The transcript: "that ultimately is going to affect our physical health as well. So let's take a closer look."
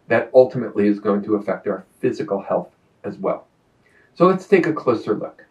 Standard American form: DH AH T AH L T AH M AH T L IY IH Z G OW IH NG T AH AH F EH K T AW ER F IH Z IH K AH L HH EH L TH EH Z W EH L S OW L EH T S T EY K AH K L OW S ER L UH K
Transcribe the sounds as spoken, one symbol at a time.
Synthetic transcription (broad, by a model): DH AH T AH L T AH M AH T L IY IH Z G OW IH NG T AH AH F EH K T AW ER F IH Z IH K L HH EH L TH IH Z W EH L S OW L EH T S T EY K AH K L OW S ER L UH K